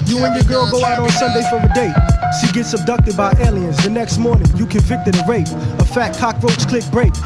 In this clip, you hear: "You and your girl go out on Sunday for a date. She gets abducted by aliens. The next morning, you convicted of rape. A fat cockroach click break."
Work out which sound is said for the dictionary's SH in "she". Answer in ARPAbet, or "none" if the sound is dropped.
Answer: S